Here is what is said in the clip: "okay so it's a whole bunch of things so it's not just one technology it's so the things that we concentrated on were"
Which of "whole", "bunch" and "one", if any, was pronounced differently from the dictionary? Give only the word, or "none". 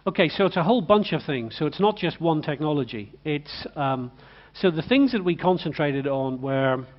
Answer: none